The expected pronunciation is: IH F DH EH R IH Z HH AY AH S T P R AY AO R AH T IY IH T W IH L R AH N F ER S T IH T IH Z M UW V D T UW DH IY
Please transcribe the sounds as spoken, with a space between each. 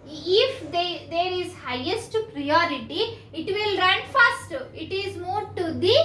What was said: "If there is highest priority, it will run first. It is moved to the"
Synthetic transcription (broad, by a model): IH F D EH R IH Z HH AY AH S T P R AY AO R AH T IY IH T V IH L R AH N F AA S T IH T IH Z M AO D T UW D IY